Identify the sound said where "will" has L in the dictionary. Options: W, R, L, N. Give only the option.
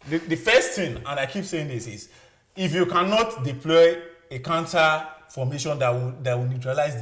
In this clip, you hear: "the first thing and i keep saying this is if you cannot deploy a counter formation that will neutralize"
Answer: W